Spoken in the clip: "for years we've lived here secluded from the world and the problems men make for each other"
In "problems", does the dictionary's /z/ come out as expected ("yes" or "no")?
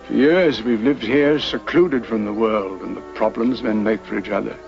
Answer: yes